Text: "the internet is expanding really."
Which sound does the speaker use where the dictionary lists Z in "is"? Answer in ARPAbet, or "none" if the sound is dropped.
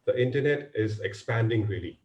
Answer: Z